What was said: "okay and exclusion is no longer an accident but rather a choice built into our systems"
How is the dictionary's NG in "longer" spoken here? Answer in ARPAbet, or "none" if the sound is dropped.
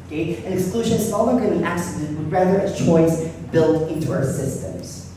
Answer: none